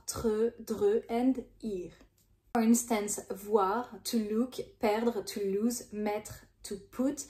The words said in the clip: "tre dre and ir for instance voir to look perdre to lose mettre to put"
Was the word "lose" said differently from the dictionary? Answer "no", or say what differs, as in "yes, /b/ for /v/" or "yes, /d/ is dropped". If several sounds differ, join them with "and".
no